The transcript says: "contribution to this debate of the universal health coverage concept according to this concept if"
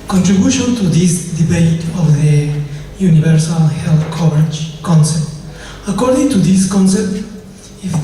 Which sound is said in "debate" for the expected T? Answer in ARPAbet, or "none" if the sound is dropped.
T